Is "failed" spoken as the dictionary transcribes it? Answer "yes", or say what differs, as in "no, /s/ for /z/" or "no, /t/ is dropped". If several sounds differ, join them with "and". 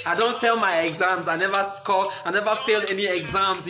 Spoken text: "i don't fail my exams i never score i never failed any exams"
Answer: yes